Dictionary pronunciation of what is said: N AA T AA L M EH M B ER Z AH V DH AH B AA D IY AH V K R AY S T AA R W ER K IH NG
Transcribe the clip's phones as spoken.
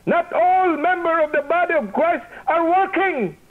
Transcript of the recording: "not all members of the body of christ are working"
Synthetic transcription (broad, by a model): N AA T AA L M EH M B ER AH V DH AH B AA D IY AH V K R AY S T AA R W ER K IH NG